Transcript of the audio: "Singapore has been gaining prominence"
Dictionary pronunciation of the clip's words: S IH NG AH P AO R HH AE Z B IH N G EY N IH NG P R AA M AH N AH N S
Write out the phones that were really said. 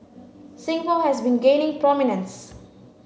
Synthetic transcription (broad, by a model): S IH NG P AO L HH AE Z B IH N G EY N IH NG P R AA M AH N AH N S